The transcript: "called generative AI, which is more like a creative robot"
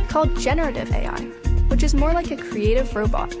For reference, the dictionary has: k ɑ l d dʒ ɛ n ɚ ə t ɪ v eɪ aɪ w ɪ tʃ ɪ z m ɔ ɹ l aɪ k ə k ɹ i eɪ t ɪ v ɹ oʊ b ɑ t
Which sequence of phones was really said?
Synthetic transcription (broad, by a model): k ɑ l d dʒ ɛ n ɚ ə t ɪ v eɪ aɪ w ɪ tʃ ɪ z m ɔ ɹ l aɪ k ə k ɹ i eɪ t ɪ v ɹ oʊ b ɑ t